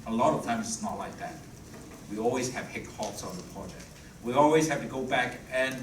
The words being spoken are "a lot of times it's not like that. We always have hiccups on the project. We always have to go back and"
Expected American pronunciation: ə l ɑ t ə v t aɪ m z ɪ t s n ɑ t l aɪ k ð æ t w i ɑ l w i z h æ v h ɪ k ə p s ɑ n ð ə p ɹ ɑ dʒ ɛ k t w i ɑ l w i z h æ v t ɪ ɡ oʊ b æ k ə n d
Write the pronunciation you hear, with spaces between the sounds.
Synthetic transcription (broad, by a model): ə l ɑ t ə v t aɪ m z ɪ t s n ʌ t l aɪ k ð æ t w i ɑ l w i z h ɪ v h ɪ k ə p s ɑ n ð ə p ɹ ɑ dʒ ɛ k t w i ɑ l w i z h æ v t ɪ ɡ oʊ b æ k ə n